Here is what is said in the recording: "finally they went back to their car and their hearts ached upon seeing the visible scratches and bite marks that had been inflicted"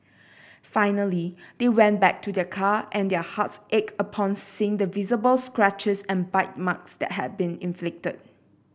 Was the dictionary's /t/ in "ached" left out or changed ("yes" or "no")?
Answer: yes